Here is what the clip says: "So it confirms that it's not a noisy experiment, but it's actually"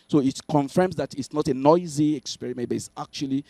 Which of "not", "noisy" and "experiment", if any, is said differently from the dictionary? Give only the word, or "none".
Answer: none